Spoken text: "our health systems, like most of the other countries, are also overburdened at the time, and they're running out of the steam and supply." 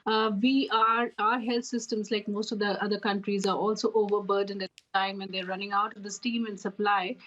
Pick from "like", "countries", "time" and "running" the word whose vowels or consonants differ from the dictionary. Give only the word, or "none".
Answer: none